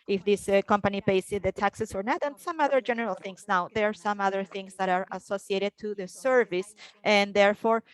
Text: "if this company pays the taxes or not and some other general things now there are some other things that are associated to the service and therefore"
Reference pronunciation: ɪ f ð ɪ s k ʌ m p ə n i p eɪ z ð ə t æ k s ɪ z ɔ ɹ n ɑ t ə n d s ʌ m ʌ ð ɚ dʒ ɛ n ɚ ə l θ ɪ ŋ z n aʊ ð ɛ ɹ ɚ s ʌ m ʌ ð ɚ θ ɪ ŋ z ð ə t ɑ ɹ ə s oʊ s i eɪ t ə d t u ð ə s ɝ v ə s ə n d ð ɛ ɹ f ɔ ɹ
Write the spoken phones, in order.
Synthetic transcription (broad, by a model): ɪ f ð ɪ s k ʌ m p ə n i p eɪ s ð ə t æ k s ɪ s ɔ ɹ n ɑ t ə n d s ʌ m ʌ ð ɚ dʒ ɛ n ɚ ə l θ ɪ ŋ s n aʊ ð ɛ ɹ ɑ s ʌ m ʌ ð ɚ θ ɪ ŋ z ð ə t ɑ ɹ ə s oʊ s i eɪ t ə d t u ð ə s ɝ v ə s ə n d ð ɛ ɹ f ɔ ɹ